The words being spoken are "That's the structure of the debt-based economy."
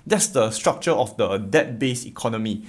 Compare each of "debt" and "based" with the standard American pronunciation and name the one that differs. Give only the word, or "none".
based